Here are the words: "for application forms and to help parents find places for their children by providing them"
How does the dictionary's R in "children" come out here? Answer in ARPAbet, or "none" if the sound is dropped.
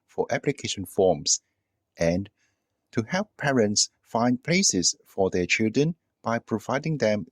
R